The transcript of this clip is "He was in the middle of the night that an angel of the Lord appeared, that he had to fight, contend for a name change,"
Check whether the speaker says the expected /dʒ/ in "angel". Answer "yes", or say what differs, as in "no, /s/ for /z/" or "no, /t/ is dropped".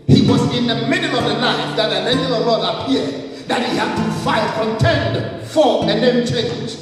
no, /dʒ/ is dropped